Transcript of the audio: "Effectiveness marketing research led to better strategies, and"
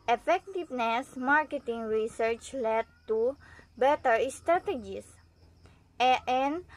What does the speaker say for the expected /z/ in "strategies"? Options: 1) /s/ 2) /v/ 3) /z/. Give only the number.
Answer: 1